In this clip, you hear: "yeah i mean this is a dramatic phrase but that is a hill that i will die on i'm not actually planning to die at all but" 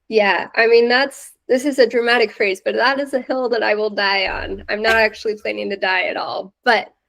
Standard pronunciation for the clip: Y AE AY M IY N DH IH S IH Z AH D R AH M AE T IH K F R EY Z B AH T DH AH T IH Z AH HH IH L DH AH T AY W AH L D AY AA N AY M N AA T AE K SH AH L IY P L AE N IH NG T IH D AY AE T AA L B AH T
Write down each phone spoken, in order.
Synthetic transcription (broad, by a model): Y AE AY M IY N DH IH S IH Z AH D R AH M AE T IH K F R EY Z B AH T DH AH T IH Z AH HH IH L DH AH T AY W AH L D AY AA N AY M N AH T AE K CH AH L IY P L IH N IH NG T IH D AY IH T AA L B AH T